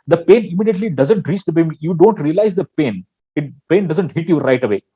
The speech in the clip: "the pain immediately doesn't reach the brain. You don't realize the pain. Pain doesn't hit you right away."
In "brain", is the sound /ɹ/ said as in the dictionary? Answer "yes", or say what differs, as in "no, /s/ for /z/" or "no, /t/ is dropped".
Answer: no, /ɹ/ is dropped